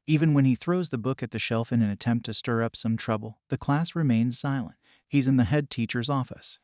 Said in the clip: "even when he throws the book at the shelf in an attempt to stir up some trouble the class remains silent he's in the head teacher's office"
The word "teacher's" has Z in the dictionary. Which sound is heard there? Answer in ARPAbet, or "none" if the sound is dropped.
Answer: Z